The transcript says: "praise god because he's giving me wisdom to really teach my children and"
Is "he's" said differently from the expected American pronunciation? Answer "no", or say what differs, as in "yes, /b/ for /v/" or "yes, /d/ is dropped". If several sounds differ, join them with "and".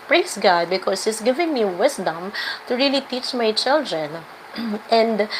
yes, /s/ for /z/